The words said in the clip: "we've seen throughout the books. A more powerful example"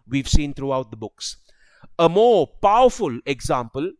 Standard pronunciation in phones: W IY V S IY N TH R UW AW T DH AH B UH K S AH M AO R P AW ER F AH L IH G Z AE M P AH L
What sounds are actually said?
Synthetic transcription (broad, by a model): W IY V S IY N T R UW AW T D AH B UH K S AH M AO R P AW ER F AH L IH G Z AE M P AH L